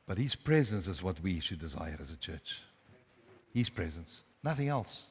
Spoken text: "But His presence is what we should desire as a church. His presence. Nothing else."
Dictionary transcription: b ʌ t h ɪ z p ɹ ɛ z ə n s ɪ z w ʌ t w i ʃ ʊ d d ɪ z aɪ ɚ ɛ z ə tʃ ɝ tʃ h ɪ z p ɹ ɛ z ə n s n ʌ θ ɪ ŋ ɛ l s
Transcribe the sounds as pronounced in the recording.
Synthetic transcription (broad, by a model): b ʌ t h ɪ z p ɹ ɛ z ə n s ɪ z w ʌ t w i ʃ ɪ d d ɪ z aɪ ɚ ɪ z ə tʃ ɝ tʃ h ɪ z p ɹ ɛ z ə n s n ʌ θ ɪ ŋ ɛ l s